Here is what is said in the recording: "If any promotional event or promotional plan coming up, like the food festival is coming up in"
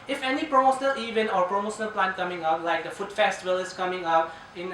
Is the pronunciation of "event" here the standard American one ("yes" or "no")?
no